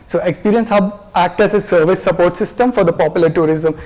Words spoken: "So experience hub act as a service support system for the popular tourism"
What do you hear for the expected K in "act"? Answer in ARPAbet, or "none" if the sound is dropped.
K